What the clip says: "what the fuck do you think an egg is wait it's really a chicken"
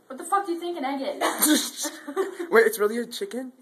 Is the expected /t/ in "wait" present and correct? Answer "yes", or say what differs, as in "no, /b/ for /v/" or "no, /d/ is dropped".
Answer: no, /t/ is dropped